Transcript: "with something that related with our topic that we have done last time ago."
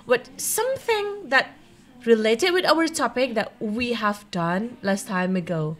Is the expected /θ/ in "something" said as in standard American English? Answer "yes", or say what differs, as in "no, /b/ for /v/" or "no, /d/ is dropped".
yes